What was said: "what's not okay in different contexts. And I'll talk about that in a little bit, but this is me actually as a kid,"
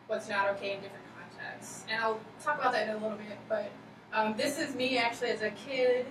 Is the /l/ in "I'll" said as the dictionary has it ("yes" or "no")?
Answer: yes